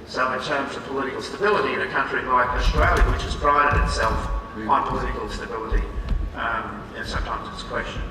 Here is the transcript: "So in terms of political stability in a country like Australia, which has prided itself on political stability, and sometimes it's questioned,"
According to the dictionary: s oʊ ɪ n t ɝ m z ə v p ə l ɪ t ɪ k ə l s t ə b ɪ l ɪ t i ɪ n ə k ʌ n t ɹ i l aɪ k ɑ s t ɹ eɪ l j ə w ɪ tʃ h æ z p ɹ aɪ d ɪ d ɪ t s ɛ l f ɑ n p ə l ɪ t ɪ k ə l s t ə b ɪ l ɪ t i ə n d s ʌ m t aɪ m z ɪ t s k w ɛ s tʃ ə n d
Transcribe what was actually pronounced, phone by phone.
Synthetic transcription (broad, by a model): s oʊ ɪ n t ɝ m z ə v p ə l ɪ t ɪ k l s t ə b ɪ l ɪ t i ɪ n ə k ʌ n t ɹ i l aɪ k ɑ s t ɹ eɪ l j ə w ɪ tʃ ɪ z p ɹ aɪ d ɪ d ɪ t s ɛ l f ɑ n p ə l ɪ t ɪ k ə l s t ə b ɪ l ɪ t i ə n s ʌ m t aɪ m z ɪ t s k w ɛ s tʃ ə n